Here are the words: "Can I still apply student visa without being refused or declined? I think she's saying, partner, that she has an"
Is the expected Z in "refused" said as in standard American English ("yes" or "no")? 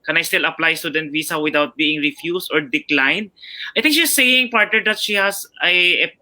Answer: no